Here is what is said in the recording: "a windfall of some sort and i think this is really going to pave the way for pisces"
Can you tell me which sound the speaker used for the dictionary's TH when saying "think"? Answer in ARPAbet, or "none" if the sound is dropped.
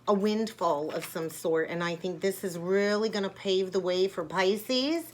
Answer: TH